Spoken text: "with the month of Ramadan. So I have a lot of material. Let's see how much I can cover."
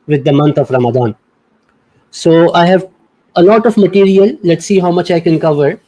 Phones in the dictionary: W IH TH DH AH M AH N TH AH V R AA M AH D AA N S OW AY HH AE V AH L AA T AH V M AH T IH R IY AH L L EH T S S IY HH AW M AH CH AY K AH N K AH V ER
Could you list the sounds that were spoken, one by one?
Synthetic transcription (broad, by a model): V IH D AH M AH N T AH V R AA M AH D AA N S OW AY HH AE V AH L AA T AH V M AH T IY R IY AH L L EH T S S IY HH AW M AH CH AY K AH N K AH V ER